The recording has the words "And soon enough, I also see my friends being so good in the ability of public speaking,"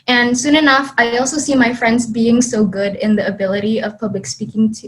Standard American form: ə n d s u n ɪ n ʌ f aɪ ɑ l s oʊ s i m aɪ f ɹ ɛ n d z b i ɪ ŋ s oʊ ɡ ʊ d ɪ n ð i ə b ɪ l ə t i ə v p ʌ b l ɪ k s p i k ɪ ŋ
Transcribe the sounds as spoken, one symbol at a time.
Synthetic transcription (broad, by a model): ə n s u n ɪ n ʌ f aɪ ɑ l s oʊ s i m aɪ f ɹ ɛ n d z b i ɪ ŋ s oʊ ɡ ʊ d ɪ n ð i ə b ɪ l ə t i ə v p ʌ b l ɪ k s p i k ɪ ŋ